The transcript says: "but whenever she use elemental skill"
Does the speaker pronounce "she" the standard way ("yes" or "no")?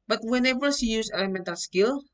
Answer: no